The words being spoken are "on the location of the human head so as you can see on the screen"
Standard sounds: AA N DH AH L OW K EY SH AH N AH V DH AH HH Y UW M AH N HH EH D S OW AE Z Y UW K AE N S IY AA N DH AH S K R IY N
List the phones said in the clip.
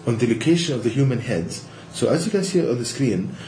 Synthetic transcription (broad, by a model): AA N DH AH L OW K EY SH AH N AH V DH AH HH Y UW M AH N HH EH D S OW AE Z Y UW K AE N S IY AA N DH AH S K R IY N